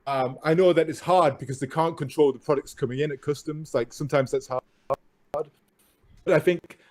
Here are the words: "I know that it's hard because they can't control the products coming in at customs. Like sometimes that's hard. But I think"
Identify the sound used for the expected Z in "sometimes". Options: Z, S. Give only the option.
Z